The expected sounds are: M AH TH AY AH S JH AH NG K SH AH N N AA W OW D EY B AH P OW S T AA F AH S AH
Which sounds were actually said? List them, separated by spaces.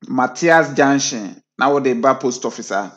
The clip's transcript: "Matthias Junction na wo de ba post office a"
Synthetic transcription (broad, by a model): M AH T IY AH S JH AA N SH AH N N AA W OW D EY B AH P OW S T AA F AH S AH